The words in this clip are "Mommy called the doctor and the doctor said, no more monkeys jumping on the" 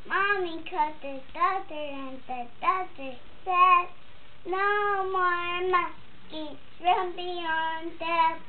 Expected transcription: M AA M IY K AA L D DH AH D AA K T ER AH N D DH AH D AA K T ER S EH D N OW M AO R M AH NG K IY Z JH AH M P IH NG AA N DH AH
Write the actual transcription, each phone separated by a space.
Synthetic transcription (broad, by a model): M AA M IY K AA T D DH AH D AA T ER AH N DH AH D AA T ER S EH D N OW M AO R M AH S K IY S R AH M B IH AA N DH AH